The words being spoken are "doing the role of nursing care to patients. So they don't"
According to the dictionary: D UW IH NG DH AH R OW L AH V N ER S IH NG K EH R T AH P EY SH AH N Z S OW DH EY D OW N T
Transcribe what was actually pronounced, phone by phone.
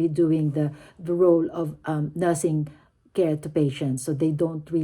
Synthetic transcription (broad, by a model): D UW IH NG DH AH R OW L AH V N ER S IH NG K EH R T AH P EY SH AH N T S OW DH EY D OW N T